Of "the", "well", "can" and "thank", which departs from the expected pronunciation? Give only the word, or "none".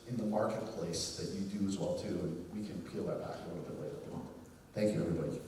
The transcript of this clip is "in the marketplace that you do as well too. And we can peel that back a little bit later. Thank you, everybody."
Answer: none